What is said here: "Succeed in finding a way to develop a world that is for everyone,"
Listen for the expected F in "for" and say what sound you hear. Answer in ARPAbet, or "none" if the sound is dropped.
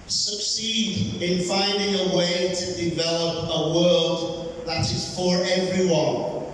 F